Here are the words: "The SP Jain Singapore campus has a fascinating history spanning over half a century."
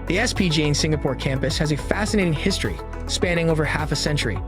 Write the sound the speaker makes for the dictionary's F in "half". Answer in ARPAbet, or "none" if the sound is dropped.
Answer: F